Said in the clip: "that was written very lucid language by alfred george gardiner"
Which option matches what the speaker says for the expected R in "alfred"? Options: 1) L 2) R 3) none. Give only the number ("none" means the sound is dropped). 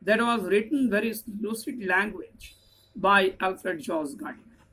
2